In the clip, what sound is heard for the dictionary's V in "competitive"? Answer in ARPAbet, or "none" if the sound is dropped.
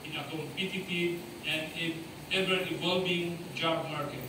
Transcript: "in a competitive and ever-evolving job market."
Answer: none